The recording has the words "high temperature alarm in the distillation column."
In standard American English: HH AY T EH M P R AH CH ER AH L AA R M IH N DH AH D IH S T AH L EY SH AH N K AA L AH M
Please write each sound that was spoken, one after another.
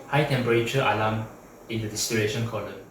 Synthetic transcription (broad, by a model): HH AY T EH M P R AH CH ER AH L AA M IH N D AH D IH S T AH EY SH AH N K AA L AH